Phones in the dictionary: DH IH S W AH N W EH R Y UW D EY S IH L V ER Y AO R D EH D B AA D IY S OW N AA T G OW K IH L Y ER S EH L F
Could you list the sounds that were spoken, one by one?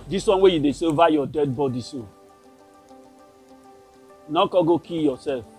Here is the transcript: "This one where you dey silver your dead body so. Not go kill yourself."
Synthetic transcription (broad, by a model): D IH S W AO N W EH Y UW D EY S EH V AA Y AO D EH D B AA D IY S OW N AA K G OW K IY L Y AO S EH L F